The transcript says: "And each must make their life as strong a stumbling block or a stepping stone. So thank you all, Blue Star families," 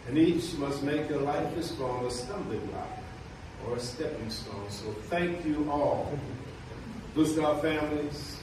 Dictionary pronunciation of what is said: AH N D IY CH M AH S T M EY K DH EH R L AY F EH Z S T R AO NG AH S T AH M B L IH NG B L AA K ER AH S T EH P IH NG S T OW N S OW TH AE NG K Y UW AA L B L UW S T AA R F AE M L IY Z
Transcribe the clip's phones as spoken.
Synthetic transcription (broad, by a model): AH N IY CH M AH S T M EY K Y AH R L AY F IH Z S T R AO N AH S T AH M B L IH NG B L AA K ER AH S T EH P IH NG S T OW N S OW TH AE NG K Y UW AA L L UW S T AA F AE M L IY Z